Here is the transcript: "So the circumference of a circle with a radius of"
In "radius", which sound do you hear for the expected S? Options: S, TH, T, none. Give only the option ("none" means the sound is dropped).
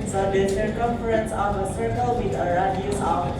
none